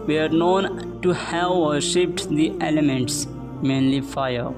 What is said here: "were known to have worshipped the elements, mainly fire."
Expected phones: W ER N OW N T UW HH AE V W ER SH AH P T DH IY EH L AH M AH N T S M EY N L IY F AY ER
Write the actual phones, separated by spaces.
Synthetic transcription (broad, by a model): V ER N OW N T UW HH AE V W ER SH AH P T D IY EH L AH M AH N T S M EY N L IY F AY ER